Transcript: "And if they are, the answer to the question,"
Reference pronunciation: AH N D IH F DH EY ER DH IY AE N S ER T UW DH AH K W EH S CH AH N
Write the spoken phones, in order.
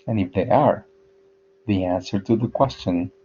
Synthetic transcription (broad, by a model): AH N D IH F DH EY ER DH IY AE N S ER T UW DH AH K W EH S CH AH N